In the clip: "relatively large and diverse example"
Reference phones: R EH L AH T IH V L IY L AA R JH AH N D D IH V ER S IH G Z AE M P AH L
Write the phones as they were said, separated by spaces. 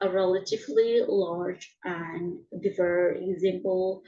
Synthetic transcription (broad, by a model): R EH L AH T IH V L IY L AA R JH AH N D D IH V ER IH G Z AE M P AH L